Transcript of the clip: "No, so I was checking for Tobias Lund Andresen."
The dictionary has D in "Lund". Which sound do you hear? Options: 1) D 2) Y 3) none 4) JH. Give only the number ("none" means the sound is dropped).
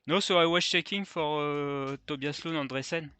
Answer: 3